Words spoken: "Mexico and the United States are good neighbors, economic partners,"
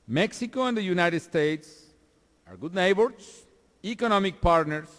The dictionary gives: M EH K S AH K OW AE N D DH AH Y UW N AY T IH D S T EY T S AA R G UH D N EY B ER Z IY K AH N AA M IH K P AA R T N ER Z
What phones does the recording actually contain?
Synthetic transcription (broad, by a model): M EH K S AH K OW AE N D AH Y UW N AY T IH D S T EY T S AA R G UH D N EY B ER S IY K AH N AA M IH K P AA R T N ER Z